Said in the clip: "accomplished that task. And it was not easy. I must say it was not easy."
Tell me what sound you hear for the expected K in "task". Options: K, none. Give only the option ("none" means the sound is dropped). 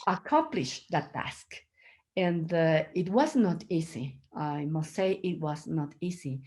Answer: K